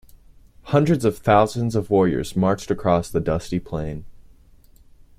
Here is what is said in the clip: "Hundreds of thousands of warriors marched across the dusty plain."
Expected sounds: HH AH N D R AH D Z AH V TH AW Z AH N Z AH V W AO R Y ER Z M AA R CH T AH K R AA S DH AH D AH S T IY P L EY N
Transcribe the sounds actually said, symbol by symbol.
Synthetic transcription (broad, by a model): HH AH N D R AH D Z AH V TH AW Z AH N Z AH V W AO R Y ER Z M AA R CH T AH K R AA S DH AH D AH S T IY P L EY N